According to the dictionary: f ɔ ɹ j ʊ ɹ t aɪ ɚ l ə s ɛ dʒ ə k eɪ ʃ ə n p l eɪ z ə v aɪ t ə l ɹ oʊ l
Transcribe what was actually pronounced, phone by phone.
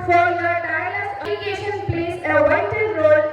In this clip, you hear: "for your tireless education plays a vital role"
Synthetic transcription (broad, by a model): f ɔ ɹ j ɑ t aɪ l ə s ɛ ə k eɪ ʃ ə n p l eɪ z ə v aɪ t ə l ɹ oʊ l